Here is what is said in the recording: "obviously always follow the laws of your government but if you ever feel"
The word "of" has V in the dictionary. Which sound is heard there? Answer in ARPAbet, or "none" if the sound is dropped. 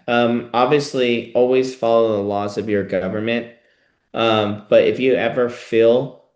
V